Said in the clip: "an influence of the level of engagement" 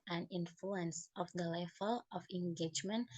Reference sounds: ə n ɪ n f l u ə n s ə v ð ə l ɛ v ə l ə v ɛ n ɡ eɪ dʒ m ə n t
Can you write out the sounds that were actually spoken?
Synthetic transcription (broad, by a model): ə n ɪ n f l u ə n s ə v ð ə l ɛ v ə l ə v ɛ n ɡ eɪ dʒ m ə n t